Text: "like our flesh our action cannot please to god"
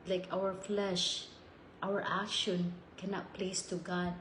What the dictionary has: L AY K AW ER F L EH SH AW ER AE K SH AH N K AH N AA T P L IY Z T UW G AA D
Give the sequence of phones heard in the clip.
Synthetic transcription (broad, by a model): L AY K AW ER F L EH SH AW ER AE K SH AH N K AH N AA T P L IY S T UW G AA D